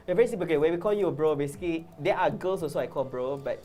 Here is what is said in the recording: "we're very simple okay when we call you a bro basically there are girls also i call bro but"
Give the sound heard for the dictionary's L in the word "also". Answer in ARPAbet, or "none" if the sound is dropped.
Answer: none